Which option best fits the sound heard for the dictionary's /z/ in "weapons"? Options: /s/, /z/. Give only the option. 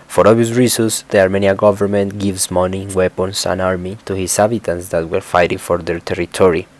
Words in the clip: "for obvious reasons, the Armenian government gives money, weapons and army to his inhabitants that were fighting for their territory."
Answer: /s/